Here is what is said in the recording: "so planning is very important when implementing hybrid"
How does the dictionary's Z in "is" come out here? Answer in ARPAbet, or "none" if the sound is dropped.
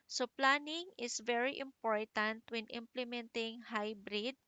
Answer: S